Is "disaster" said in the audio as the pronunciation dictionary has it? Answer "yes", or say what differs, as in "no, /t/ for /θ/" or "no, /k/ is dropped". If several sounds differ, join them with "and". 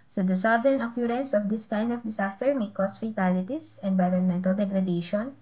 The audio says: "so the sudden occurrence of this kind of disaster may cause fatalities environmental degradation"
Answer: no, /s/ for /z/